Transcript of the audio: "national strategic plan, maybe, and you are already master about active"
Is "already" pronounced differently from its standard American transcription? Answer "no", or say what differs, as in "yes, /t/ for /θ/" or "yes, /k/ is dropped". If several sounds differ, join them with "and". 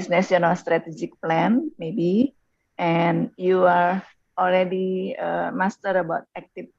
yes, /l/ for /ɹ/